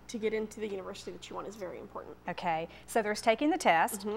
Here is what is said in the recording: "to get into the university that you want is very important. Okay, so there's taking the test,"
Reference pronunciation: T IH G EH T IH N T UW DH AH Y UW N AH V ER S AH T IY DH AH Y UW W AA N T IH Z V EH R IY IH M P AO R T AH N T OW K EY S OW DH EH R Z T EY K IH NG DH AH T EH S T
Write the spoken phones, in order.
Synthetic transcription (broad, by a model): T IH G EH T IH N T UW DH AH Y UW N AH V ER S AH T IY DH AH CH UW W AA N IH Z V EH R IY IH M P AO R T N T OW K EY S OW DH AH R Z T EY K IH NG DH AH T EH S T